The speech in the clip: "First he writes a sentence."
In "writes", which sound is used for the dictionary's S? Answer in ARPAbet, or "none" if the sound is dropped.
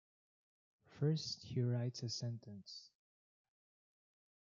S